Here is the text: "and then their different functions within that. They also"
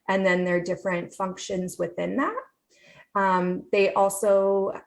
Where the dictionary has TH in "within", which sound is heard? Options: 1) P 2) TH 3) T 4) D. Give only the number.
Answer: 2